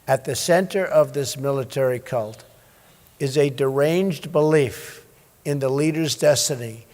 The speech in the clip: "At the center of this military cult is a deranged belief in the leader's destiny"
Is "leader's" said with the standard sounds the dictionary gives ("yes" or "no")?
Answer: yes